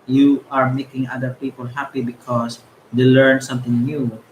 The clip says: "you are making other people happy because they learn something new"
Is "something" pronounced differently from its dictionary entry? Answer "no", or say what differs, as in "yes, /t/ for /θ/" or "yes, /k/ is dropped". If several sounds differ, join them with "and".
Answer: yes, /t/ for /θ/